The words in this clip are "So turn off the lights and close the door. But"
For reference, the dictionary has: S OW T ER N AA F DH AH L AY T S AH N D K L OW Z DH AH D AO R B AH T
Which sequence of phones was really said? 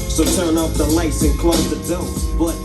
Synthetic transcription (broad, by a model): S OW T ER N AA P DH AH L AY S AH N K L OW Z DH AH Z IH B AH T